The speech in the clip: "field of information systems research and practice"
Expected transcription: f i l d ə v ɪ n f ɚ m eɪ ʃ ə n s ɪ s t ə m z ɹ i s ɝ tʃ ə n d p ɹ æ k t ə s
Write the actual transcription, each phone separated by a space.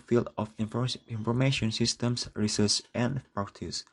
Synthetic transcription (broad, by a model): f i l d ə f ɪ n f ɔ m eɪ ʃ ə n s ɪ s t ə m s ɹ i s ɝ s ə n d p ɹ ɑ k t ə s